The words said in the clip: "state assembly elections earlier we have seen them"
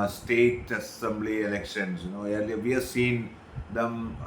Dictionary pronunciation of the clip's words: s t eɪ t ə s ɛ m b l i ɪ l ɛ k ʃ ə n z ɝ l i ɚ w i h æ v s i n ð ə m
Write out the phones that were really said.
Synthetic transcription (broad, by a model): s t eɪ t ə s ɛ m b l i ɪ l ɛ k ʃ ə n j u n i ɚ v i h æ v s i n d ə m